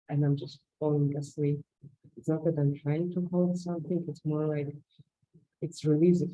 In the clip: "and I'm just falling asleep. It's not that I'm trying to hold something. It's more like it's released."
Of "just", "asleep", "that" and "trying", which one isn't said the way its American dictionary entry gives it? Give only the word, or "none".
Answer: asleep